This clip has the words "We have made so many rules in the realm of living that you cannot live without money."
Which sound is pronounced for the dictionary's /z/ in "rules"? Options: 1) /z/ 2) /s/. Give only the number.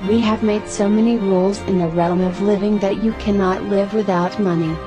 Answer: 1